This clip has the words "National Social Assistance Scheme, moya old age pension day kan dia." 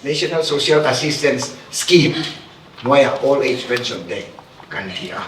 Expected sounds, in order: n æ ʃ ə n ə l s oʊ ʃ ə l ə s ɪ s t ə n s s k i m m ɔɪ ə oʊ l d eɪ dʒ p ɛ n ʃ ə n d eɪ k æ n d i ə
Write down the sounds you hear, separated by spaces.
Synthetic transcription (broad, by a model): n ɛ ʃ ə n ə l s oʊ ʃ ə l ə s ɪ s t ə n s s k i m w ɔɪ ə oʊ l eɪ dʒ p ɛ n s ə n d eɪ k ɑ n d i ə